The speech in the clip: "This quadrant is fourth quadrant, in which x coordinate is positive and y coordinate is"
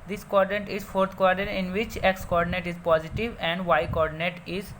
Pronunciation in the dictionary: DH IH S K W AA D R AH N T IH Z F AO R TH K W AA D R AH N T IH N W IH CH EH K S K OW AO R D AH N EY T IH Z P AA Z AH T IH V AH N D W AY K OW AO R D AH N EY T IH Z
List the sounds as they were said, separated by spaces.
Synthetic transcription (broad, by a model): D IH S K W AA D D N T IH Z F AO R T K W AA D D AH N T IH N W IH CH EH K S K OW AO R D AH N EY T IH Z P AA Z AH T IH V AH N D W AY K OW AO R D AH N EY T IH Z